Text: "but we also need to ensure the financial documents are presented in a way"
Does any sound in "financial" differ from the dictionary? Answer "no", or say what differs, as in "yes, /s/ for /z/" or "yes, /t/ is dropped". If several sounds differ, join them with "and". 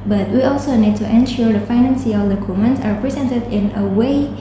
yes, /s/ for /ʃ/